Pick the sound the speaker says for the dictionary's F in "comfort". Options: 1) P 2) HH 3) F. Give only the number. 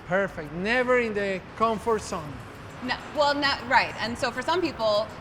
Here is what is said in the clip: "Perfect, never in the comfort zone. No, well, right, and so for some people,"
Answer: 3